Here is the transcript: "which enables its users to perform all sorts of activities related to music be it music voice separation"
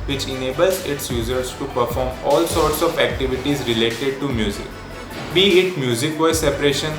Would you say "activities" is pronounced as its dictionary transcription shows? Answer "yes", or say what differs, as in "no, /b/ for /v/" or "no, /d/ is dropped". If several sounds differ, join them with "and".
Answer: yes